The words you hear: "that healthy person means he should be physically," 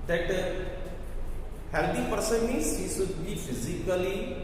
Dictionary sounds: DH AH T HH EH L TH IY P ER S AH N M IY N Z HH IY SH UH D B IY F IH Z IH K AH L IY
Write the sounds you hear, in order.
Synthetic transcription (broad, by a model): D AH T HH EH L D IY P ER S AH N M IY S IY S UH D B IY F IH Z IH K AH L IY